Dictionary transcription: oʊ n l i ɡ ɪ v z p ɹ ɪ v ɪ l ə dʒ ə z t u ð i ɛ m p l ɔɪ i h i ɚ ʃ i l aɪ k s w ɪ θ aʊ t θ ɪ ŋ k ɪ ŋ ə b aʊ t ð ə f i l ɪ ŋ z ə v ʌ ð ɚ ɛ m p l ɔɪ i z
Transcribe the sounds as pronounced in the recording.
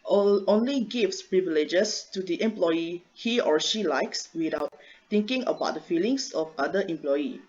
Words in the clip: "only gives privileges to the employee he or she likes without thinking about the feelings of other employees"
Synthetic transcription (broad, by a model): oʊ n l i ɡ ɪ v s p ɹ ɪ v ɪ l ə dʒ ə s t u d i ɛ m p l ɔɪ i h i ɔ ʃ i l aɪ k s w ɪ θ aʊ t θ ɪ ŋ k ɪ ŋ ə b aʊ t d ə f i l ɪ ŋ s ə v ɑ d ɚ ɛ m p l ɔɪ i